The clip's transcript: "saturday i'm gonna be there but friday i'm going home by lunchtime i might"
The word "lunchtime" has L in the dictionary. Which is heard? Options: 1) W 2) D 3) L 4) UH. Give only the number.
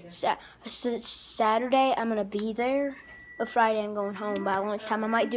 1